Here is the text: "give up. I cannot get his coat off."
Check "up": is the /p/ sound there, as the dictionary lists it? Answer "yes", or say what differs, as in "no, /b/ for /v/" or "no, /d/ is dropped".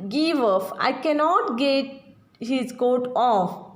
no, /f/ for /p/